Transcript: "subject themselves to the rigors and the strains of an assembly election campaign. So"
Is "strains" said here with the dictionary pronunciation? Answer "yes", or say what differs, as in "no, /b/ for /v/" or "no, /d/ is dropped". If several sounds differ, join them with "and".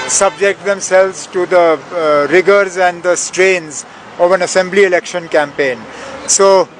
yes